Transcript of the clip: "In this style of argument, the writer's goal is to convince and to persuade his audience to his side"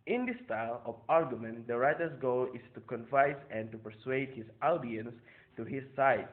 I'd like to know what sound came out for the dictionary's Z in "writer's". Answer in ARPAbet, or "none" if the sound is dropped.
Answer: S